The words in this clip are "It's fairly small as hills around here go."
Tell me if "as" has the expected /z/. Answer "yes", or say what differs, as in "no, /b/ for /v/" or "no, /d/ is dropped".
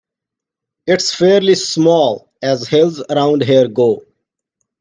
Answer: yes